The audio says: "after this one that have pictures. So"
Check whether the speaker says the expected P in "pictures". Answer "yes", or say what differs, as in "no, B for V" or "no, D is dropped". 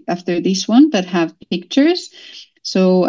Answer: yes